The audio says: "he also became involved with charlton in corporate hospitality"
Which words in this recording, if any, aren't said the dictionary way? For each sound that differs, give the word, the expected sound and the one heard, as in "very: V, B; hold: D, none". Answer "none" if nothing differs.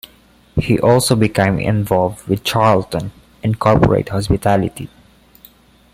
none